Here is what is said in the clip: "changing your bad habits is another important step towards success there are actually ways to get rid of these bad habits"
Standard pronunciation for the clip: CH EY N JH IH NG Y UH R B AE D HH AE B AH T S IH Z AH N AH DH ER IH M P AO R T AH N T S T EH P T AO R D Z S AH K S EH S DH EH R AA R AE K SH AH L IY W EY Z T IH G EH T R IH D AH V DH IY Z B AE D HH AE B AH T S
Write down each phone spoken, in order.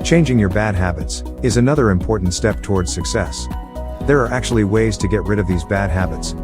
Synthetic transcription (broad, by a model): CH EY N JH IH NG Y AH R B AE D HH AE B AH T S IH Z AH N AH DH ER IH M P AO R T N T S T EH P T AO R D Z S AH K S EH S DH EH R AA R AE K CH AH L IY W EY Z T IH G EH T R IH D AH V DH IY Z B AE D HH AE B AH T S